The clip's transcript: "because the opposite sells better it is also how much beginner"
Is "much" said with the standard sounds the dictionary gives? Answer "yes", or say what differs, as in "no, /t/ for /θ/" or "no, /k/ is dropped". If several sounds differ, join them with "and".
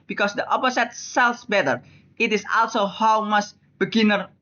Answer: no, /s/ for /tʃ/